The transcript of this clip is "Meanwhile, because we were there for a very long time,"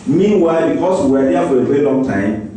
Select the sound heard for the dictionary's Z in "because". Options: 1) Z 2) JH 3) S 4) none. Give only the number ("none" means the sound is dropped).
3